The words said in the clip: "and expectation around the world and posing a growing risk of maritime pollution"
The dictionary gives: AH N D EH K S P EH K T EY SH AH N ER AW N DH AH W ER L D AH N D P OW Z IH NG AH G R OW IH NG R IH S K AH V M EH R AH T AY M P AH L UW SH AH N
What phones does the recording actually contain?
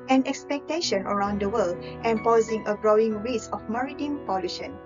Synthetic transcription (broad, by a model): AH N EH K S P EH K T EY SH AH N ER AW N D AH W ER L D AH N P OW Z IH NG AH G R OW IH NG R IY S AH F M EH R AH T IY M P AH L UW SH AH N